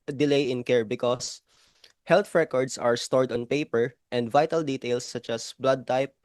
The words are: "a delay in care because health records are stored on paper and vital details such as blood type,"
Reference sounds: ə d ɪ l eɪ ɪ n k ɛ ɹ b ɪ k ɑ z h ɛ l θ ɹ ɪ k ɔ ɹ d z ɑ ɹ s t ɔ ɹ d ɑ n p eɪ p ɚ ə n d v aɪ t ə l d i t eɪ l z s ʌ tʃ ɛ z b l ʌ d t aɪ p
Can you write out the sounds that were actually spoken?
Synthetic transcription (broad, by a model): d ɪ l eɪ ɪ n k ɛ ɹ b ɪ k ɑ s h ɛ l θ ɹ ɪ k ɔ ɹ d s ɑ ɹ s t ɔ ɹ d ɑ n p eɪ p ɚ ə n d v aɪ t ə l d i t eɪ l s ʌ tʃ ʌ s b l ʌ d t aɪ p